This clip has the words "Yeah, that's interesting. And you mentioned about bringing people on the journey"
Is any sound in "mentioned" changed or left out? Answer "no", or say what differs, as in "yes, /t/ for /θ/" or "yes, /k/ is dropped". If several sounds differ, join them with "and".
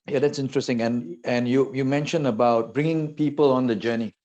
yes, /d/ is dropped